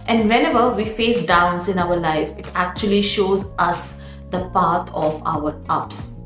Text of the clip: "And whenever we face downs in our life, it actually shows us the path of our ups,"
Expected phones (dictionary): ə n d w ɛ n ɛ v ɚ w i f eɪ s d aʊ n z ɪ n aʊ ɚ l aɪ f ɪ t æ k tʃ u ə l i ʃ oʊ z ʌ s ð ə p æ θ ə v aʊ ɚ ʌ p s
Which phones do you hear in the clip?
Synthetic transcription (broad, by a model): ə n d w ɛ n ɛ v ɚ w i f eɪ s d aʊ n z ɪ n aʊ ɚ l aɪ f ɪ t æ k tʃ u ə l i ʃ oʊ z ʌ s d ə p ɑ t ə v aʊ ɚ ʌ p s